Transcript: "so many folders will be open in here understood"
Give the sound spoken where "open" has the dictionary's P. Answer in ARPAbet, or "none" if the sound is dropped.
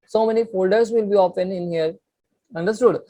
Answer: F